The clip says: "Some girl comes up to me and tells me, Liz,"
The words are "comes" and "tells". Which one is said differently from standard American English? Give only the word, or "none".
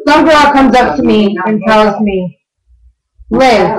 none